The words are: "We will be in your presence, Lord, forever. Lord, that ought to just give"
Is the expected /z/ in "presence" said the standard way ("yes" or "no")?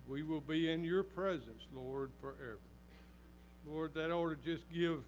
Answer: yes